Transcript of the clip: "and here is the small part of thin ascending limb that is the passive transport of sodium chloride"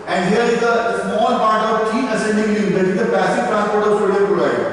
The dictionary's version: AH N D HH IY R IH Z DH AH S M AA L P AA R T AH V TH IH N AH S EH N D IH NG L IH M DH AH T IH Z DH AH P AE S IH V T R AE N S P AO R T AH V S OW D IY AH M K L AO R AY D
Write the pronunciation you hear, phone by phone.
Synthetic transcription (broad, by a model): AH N D HH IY R IH Z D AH S M AA L P AA R T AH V T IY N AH S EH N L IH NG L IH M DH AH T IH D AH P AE S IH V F R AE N P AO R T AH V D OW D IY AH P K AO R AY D